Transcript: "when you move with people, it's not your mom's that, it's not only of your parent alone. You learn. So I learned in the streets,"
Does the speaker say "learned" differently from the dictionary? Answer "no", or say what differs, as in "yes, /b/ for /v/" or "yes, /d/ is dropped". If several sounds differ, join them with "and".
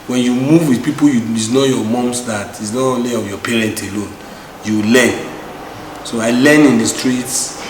yes, /d/ is dropped